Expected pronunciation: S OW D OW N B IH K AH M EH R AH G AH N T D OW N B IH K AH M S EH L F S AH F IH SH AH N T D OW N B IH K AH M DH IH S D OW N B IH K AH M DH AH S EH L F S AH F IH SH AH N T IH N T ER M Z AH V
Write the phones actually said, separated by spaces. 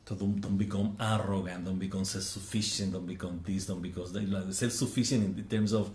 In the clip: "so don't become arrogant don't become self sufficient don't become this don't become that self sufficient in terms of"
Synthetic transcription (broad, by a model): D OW D OW N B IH K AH M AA R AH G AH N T D OW N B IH K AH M S EH L F S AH F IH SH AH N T D OW N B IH K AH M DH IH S D OW N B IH K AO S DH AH S EH L F S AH F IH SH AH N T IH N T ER M S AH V